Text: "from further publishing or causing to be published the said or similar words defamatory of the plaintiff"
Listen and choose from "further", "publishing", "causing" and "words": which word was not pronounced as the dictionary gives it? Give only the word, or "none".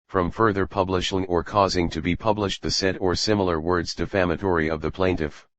none